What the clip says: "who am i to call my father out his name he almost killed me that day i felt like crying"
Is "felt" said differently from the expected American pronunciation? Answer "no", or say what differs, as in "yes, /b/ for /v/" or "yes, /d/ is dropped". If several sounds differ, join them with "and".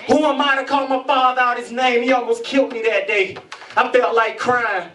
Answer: no